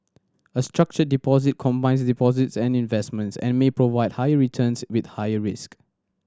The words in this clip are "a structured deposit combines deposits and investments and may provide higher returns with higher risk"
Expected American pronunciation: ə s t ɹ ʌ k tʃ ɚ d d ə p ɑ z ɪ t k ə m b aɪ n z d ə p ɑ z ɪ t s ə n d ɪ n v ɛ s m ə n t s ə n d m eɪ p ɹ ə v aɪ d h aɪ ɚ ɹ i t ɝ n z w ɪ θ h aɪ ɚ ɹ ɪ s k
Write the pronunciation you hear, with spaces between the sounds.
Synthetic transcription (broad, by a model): ə s t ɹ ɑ k tʃ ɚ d d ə p ɑ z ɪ t k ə m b aɪ n s d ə p ɑ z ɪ t s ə n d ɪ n v ɛ s m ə n t s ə n m eɪ p ɹ ə v aɪ d h aɪ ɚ ɹ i t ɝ n s w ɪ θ h aɪ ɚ ɹ ɪ s k